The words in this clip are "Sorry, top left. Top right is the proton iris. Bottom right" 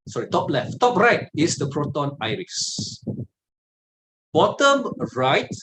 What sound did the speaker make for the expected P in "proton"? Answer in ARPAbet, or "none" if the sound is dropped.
P